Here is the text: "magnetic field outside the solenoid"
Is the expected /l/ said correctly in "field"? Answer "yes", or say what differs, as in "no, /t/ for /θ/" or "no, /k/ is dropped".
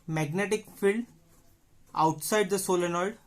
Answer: yes